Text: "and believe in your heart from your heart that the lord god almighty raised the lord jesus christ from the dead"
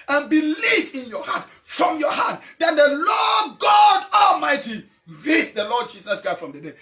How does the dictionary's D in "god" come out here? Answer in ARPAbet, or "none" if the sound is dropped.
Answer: D